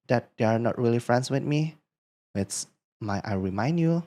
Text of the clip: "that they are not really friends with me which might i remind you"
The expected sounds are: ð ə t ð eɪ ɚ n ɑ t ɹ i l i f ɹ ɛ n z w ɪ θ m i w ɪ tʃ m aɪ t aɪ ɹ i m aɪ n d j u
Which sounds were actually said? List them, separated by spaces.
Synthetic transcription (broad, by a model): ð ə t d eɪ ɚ n ɑ t ɹ i l i f ɹ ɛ n s w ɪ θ m i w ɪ s m aɪ t aɪ ɹ i m aɪ n d j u